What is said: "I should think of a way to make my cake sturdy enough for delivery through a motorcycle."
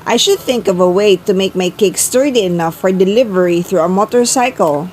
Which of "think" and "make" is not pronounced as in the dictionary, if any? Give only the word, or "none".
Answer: none